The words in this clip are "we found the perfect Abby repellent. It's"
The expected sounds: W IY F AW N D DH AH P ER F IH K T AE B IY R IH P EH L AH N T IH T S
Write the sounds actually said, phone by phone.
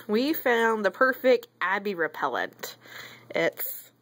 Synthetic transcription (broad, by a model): W IY F AW N DH AH P ER F IH K T AE B IY R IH P EH L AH N T IH T S